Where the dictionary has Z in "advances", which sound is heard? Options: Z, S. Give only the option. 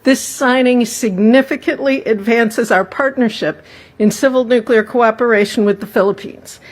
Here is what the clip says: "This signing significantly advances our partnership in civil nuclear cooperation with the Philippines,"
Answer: Z